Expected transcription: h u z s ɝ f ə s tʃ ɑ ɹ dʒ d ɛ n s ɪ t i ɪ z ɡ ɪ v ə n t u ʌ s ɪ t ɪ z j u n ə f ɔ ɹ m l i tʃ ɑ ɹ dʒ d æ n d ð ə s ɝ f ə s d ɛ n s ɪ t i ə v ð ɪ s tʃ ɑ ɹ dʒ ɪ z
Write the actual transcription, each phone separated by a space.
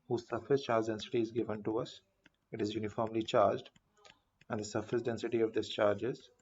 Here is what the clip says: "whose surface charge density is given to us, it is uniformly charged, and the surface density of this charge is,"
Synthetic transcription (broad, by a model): h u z s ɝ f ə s tʃ ɑ ɹ dʒ d ɛ n s ɪ t i ɪ z ɡ ɪ v ə n t u ʌ s ɪ t ɪ z j u n ə f ɔ ɹ m l i tʃ ɑ ɹ dʒ d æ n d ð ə s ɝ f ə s d ɛ n s ɪ t i ə v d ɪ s tʃ ɑ ɹ dʒ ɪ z